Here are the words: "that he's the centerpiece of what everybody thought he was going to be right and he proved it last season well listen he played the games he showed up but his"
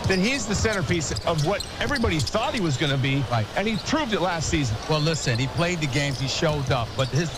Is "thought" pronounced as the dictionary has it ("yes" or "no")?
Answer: yes